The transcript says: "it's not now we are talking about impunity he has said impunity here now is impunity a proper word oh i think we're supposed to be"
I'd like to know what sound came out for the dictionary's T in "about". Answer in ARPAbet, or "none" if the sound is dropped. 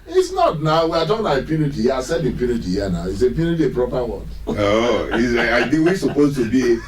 none